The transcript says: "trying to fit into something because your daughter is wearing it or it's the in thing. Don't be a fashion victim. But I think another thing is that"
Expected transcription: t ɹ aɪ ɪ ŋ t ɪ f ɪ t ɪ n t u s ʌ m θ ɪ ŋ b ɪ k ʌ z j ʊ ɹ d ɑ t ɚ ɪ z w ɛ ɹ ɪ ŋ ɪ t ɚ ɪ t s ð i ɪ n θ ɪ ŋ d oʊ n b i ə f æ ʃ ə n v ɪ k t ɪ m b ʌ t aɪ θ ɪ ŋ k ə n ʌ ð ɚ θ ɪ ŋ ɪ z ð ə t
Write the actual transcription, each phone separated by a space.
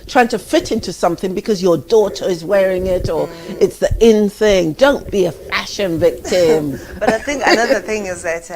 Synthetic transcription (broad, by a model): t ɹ aɪ ɪ ŋ t ɪ f ɪ t ɪ n t u s ʌ m θ ɪ ŋ b ɪ k ʌ z j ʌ ɹ d ɑ t ɚ ɪ z w ɛ ɹ ɪ ŋ ɪ t ɚ ɪ t s ð i ɪ n θ ɪ ŋ d oʊ n b i ə f æ ʃ ə n v ɪ k t ɪ m b ʌ t aɪ θ ɪ ŋ k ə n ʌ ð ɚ θ ɪ ŋ ɪ z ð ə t